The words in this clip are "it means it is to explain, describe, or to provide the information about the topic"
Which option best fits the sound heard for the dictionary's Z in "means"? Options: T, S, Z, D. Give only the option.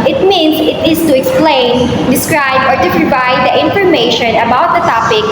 S